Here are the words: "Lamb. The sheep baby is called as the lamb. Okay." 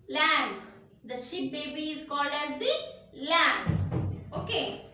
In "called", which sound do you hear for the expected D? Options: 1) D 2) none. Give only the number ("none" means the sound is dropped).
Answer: 1